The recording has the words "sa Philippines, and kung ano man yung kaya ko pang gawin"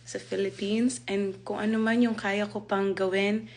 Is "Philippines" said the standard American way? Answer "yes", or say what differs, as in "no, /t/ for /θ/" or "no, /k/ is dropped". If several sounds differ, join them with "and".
no, /s/ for /z/